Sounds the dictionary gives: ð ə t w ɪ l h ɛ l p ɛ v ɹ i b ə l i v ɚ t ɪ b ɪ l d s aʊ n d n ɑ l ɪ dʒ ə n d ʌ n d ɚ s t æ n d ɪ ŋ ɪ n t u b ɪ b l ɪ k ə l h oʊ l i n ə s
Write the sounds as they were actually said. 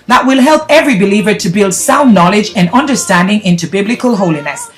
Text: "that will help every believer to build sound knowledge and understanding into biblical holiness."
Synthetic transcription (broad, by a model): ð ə t w ɪ l h ɛ l p ɛ v ɹ i b ə l i v ɚ t ɪ b ɪ l d s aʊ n n ɑ l ɪ dʒ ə n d ʌ n d ɚ s t æ n d ɪ ŋ ɪ n t u b ɪ b l ɪ k ə l h oʊ l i n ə s